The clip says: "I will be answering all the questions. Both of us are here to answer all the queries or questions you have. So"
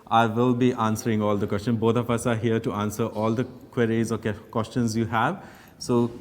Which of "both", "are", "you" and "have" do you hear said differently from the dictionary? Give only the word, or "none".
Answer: both